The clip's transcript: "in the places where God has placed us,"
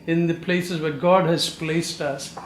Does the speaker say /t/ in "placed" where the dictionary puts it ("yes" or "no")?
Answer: yes